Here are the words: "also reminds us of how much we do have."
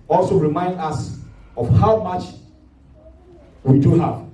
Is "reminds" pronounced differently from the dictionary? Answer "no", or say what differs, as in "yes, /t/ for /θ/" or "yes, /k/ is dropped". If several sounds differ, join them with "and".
yes, /z/ is dropped